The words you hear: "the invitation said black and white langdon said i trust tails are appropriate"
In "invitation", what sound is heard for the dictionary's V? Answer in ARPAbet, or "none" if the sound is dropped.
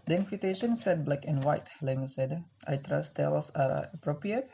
F